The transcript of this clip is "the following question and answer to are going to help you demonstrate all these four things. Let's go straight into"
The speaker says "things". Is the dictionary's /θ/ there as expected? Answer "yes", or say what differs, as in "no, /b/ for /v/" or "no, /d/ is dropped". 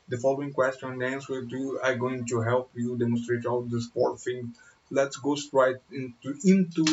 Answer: no, /f/ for /θ/